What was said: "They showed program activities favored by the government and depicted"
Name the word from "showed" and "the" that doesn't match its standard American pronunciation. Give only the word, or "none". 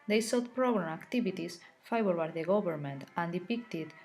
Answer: showed